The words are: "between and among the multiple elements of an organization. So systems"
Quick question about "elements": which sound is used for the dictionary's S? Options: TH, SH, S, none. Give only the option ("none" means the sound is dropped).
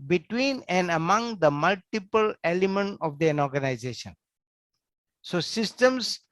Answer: none